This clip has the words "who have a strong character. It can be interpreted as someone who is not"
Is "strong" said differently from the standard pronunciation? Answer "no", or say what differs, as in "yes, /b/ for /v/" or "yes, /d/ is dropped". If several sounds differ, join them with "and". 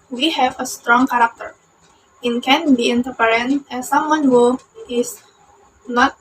no